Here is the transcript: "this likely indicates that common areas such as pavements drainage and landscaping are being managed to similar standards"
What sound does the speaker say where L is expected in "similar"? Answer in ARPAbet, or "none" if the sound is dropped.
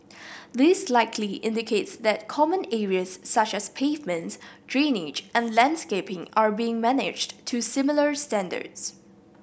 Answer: L